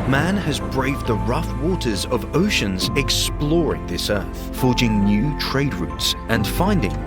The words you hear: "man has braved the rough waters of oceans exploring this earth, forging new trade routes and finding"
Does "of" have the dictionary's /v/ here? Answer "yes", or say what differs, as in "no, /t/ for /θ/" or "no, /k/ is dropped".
yes